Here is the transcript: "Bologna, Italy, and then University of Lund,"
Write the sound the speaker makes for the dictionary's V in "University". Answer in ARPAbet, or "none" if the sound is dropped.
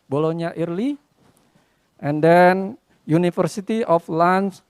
F